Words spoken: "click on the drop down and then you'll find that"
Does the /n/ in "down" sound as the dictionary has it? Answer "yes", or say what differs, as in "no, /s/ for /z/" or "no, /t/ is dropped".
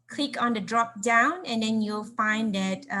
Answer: yes